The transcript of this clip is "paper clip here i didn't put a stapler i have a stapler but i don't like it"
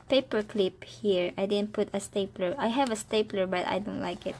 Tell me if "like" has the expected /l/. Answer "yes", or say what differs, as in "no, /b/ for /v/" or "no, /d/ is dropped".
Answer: yes